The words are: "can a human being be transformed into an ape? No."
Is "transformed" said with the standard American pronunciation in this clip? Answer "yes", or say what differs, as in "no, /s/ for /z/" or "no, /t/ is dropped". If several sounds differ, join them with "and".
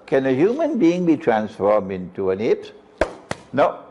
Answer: yes